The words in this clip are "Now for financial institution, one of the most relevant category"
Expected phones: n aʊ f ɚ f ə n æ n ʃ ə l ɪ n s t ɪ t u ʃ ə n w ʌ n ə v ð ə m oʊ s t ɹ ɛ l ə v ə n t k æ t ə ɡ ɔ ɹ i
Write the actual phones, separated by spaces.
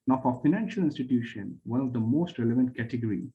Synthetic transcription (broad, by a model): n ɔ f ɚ f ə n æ n ʃ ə l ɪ n s t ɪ t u ʃ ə n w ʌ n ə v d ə m oʊ s t ɹ ɛ l ə v ə n t k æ t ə ɡ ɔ ɹ i